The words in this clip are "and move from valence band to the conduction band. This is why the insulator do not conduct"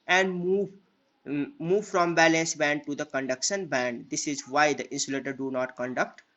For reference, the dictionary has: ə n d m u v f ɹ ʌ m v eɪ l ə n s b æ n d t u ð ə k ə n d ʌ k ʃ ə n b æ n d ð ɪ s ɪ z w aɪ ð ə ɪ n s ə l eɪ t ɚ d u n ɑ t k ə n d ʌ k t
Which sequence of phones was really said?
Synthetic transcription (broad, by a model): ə n d m u v f ɹ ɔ m b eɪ l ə n s b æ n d t u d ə k ə n d ʌ k ʃ ə n b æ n d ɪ s ɪ z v aɪ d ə ɪ n s ə l eɪ t ɚ d u n ɑ t k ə n d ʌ k t